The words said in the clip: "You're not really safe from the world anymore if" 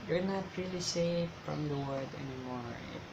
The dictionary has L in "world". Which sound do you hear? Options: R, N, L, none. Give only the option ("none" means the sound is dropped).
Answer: none